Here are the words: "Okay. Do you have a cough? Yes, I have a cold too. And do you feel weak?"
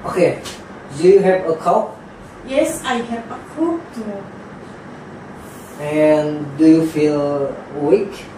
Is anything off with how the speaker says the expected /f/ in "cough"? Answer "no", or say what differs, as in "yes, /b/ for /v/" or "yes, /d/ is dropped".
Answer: yes, /p/ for /f/